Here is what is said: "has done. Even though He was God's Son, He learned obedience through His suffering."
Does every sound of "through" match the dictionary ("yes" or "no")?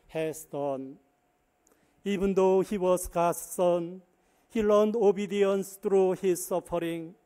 no